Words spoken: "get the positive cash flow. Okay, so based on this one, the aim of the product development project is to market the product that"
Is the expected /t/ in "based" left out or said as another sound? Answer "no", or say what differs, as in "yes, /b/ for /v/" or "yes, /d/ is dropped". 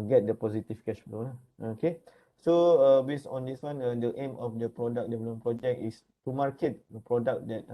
yes, /t/ is dropped